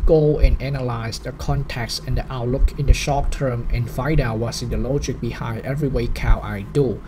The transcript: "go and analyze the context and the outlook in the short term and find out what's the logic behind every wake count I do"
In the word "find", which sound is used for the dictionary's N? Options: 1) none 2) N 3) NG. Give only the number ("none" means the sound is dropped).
1